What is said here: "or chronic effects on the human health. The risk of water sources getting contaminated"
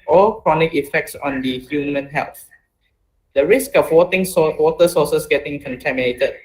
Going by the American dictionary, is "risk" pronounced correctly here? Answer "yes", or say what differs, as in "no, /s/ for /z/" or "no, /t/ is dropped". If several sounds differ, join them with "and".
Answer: yes